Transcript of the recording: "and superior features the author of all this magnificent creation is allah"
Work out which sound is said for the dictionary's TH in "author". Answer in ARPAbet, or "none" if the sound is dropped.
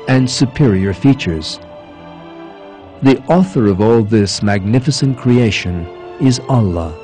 TH